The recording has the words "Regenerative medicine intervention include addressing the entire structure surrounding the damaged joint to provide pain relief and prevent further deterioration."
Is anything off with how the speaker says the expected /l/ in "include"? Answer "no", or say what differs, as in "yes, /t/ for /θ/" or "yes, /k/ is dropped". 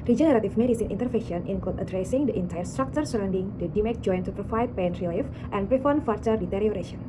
yes, /l/ is dropped